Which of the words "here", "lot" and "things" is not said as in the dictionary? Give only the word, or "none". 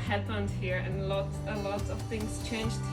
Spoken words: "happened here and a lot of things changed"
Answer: none